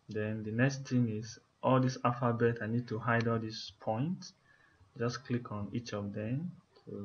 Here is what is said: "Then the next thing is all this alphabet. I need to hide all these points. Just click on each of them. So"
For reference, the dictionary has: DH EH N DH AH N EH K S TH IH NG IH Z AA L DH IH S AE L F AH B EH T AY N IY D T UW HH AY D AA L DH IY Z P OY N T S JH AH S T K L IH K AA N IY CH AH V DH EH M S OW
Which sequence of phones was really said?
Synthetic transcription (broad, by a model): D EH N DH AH N EH K S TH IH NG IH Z AA L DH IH S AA F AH B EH T AY N IY D T UW HH AY D AA L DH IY S P OY N T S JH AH S K L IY K AA N IY CH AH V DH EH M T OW